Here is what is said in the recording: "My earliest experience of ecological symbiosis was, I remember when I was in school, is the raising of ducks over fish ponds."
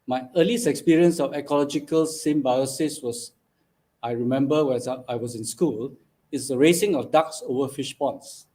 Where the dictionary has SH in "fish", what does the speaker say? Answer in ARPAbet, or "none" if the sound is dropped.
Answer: SH